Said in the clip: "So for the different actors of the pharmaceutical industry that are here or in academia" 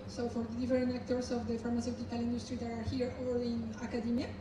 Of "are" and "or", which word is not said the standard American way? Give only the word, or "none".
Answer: or